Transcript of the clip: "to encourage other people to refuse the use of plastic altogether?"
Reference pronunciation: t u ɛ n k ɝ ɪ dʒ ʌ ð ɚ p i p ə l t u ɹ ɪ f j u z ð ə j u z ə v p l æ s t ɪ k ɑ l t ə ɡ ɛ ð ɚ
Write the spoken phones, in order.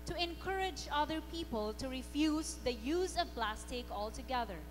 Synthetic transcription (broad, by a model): t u ɛ n k ɝ ɪ dʒ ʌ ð ɚ p i p ə l t u ɹ ɪ f j u z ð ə j u z ə v p l æ s t ɪ k ɑ l t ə ɡ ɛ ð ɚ